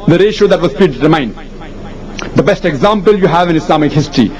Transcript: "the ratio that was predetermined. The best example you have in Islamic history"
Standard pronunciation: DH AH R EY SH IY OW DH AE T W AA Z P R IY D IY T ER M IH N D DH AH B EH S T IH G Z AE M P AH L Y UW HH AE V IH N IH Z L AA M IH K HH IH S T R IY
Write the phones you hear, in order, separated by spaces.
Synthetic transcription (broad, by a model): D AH R EY SH IY OW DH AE T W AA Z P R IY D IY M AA IH N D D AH B EH S T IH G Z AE M P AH L Y UW HH AE V IH N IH S L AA M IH K HH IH S T R IY